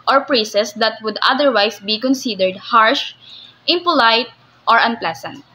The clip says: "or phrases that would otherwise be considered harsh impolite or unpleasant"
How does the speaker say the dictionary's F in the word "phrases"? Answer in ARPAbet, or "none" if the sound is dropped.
P